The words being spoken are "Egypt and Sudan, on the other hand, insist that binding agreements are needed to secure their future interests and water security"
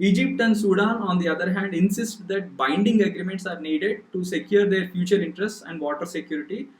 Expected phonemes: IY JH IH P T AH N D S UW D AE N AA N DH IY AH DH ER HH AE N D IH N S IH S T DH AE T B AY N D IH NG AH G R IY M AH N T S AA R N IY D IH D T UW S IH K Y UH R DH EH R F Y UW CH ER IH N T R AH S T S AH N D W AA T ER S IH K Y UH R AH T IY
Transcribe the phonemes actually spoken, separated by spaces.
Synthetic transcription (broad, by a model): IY JH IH P T AH N D S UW D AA N AA N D IY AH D ER HH AE N D IH N S IH S T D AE T B AY N D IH NG AH G R IY M AH N T S AA R N IY D IH D T UW S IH K Y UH R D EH R F Y UW CH ER IH N T R AH S T S AH N D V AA T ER S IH K Y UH R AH T IY